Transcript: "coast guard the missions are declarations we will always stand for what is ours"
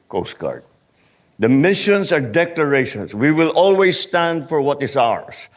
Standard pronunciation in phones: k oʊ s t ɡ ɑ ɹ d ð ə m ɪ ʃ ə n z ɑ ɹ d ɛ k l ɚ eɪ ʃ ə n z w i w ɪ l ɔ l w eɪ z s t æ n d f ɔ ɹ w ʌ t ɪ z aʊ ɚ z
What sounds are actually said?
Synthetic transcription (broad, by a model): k oʊ s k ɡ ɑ ɹ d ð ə m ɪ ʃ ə n s ɑ ɹ d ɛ k l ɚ eɪ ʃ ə n s w i w ɪ l ɔ l w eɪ s t æ n d f ɔ ɹ w ʌ t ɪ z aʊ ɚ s